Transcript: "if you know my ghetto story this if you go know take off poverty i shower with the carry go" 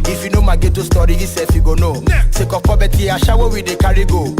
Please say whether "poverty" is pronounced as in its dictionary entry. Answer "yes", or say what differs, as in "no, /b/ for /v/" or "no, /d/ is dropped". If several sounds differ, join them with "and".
no, /b/ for /v/